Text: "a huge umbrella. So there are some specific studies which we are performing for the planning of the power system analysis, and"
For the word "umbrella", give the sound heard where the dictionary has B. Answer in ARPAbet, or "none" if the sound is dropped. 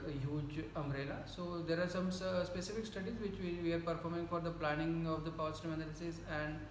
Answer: none